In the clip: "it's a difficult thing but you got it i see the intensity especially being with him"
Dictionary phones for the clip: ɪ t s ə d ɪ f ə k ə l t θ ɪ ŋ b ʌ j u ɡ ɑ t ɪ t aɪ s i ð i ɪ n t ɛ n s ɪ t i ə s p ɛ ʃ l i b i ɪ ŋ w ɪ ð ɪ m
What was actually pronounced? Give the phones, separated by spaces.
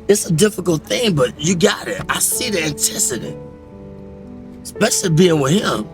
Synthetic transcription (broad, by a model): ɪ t s ə d ɪ f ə k l t θ ɪ ŋ b ʌ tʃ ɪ ɡ ɑ t ɪ t aɪ s i ð i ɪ n t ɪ s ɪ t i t s p ɛ ʃ l i b i ɪ ŋ w ɪ ð ɪ m